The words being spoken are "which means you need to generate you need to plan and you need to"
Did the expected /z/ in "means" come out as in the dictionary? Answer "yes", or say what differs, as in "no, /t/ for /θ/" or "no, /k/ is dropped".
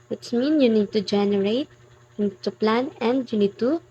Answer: no, /z/ is dropped